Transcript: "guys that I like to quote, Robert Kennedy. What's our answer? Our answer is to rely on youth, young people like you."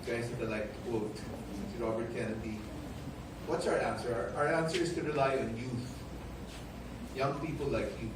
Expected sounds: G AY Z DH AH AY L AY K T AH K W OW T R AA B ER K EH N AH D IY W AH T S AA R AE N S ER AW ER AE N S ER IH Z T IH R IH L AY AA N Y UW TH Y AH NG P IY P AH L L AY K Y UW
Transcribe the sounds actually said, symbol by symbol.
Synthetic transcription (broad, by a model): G AY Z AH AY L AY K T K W OW T R AA B ER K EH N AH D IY W AH T S AA R AE N S ER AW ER AE N S ER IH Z T IH R IH L AY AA N Y UW TH Y AH NG P IY P AH L L AY K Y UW